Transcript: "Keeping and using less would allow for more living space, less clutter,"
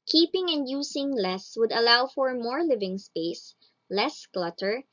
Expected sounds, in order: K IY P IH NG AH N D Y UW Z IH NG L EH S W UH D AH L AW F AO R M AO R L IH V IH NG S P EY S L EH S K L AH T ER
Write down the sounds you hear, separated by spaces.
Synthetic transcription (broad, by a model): K IY P IH NG AH N D Y UW S IH NG L EH S W UH D AH L AW F AO R M AO R L IH V IH NG S P EY S L EH S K L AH T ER